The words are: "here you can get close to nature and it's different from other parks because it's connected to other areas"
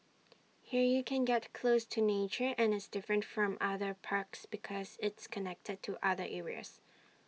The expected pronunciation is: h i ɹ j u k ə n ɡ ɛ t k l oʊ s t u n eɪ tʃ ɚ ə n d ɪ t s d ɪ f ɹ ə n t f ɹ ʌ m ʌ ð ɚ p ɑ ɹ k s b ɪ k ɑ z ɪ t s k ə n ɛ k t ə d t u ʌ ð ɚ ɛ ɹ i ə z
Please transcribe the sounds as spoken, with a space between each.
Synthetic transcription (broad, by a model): h i ɹ j u k ə n ɡ ɛ t k l oʊ s t u n eɪ tʃ ɚ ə n ɪ t s d ɪ f ɹ ə n t f ɹ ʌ m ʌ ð ɚ p ɑ ɹ k s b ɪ k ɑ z ɪ t s k ə n ɛ k t ə d t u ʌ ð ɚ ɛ ɹ i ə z